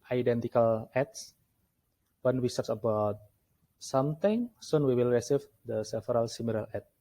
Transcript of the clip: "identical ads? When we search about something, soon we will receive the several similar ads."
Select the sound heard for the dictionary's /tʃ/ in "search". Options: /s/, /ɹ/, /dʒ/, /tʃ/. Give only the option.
/s/